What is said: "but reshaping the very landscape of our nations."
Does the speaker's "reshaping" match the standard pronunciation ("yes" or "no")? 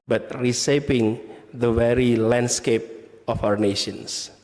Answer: no